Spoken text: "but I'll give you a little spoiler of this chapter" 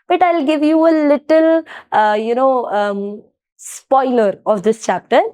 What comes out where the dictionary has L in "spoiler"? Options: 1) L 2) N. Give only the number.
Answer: 1